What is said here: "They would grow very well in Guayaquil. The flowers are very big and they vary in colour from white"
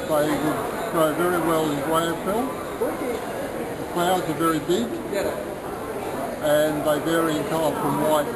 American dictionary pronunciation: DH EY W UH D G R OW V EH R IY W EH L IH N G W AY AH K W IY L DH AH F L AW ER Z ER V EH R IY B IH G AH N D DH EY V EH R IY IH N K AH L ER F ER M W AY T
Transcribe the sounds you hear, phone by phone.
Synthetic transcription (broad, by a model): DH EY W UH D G R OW V EH R IY W EH L IH N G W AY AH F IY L DH AH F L AW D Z ER V EH R IY B IH G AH N DH EY V EH R IY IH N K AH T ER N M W AY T